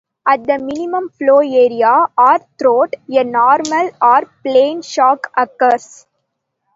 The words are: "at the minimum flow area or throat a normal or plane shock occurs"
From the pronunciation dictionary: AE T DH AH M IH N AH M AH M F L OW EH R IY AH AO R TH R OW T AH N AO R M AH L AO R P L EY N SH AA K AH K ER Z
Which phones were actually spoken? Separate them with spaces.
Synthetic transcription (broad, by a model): AE T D AH M IH N AH M AH M F L OW EH R IY AH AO R T R OW T AH N AO R M AH L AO R P L EY N SH AA K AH K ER S